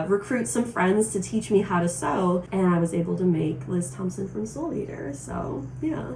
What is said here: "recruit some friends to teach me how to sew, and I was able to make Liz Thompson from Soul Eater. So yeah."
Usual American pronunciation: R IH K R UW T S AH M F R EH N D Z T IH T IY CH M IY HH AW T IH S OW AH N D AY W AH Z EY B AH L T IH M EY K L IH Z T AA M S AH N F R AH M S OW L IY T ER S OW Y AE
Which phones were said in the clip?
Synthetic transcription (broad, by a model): R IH K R UW T S AH M F R EH N D Z T IH T IY CH M IY HH AW T IH S OW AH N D AY W AH Z EY B L T IH M EY K L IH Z T AA M S AH N F R AH M S OW L IY T ER S OW Y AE